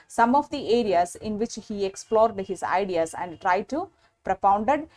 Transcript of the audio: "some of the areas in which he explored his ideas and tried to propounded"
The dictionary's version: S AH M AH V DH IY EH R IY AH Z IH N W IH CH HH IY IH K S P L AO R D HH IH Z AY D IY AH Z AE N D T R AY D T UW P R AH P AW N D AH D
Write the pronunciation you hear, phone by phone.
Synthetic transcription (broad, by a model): S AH M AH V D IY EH R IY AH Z IH N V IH CH HH IY IH K S P L AO R D HH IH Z AY D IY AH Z AE N D T R AY D T UW P R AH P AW N D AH D